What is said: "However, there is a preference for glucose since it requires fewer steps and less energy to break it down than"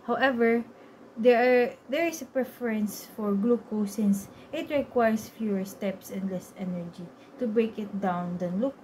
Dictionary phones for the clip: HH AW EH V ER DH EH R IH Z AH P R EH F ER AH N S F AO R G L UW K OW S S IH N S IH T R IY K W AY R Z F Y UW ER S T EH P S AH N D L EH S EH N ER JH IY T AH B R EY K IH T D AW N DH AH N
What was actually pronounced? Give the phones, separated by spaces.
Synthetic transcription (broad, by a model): HH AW EH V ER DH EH R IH S AH P R EH F ER AH N S F AO R G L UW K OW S S IH N S IH T R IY K W AY R S F Y UW ER S T EH P S AH N D L EH S EH N ER JH IY T AH B R EY K IH T D AW N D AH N